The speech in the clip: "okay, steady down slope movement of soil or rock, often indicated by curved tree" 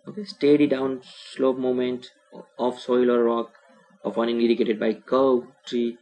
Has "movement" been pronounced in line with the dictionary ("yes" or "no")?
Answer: no